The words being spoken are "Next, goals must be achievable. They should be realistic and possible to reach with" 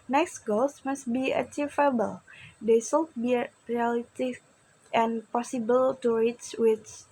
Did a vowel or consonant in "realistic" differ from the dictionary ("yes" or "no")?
yes